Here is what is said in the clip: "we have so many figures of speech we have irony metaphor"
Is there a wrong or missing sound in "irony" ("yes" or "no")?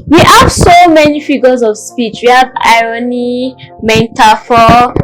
no